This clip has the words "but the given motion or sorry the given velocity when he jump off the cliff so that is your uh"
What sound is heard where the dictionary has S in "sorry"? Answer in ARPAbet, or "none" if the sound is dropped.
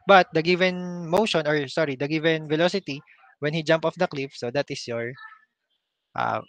S